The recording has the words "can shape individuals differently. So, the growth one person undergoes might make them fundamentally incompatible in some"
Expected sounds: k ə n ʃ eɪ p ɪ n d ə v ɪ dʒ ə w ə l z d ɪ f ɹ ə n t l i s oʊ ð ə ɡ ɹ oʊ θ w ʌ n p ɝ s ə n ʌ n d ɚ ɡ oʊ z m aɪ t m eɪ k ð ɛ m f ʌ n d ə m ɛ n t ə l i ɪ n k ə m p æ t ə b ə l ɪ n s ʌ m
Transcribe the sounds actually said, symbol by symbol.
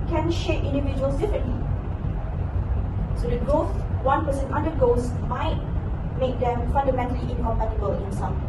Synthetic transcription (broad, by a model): k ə n ʃ eɪ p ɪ n d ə v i dʒ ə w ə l s d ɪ f ɹ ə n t l i s oʊ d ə ɡ oʊ s w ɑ n p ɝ s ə n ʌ n d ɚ ɡ oʊ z m aɪ t m eɪ k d ɛ m f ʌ n d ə m ɛ n t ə l i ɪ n k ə m p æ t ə b ə l ɪ n s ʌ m